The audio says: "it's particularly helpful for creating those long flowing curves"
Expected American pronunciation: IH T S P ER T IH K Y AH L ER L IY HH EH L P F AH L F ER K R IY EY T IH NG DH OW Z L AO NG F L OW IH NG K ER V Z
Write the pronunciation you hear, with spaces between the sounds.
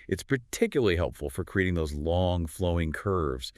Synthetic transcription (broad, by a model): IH T S P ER T IH K Y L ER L IY HH EH L P F L F ER K R IY EY T IH NG DH OW Z L AO NG F L OW IH NG K ER V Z